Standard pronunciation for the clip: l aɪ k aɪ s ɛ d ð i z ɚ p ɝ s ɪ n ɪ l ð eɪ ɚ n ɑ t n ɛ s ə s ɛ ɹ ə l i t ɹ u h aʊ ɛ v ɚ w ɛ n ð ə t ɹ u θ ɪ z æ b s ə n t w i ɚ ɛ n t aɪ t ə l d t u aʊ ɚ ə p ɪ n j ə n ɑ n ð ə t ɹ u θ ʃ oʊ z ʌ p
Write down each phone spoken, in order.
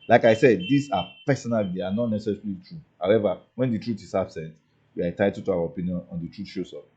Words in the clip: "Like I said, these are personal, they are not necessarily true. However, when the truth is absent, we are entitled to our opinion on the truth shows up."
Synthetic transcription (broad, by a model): l aɪ k aɪ s ɛ d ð i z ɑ p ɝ s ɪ n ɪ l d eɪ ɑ n ɑ t n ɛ s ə s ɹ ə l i t ɹ u h aʊ ɛ v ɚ w ɛ n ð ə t ɹ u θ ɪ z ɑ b s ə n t w i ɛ t aɪ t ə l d t u aʊ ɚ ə p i n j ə n ɑ n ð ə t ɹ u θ ʃ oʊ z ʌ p